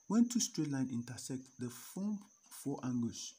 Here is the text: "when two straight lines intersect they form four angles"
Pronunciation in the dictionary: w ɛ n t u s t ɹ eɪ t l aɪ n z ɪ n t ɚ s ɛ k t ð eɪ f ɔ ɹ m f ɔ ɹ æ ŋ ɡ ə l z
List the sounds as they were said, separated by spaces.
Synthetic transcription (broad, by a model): w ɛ n t u s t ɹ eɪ l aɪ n ɪ n t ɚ s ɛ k t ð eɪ f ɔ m f ɔ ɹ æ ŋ ɡ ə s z